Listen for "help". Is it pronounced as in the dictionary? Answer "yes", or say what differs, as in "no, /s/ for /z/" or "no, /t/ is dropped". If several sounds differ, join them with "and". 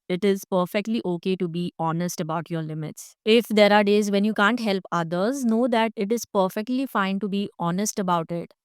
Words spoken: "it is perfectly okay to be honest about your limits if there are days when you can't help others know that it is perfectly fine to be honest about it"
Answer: yes